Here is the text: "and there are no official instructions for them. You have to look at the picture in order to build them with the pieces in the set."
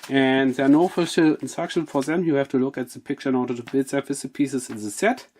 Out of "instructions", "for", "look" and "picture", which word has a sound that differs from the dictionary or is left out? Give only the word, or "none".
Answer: instructions